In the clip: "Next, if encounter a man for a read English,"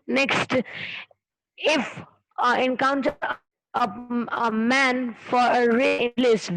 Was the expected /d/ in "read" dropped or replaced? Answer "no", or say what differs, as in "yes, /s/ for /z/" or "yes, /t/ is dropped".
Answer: yes, /d/ is dropped